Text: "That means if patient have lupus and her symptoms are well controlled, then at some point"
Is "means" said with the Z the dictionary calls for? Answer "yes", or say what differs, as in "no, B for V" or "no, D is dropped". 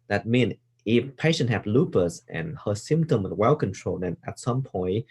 no, Z is dropped